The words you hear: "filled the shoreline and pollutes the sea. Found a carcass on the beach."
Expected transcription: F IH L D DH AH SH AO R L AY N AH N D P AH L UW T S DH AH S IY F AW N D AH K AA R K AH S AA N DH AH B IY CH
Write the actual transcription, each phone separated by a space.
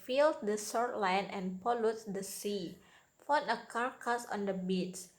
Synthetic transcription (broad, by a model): F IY L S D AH S AO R L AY N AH N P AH L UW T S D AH S IY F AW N AH K AA R K AH S AA N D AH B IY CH